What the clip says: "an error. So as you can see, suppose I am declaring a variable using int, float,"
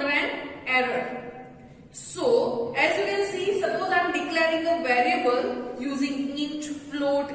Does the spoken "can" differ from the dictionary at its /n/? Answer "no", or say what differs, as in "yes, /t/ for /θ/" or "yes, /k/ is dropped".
yes, /l/ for /n/